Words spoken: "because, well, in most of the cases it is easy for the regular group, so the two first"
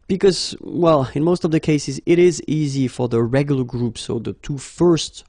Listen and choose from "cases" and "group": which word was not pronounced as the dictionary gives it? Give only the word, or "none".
none